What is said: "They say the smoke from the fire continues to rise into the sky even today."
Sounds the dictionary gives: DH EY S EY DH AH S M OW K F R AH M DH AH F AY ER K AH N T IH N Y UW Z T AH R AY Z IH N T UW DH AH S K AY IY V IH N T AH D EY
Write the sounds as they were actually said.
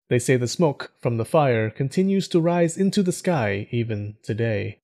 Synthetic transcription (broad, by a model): DH EY S EY DH AH S M OW K F R AH M DH AH F AY ER K AH N T IH N Y UW Z T AH R AY Z IH N T UW DH AH S K AY IY V IH N T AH D EY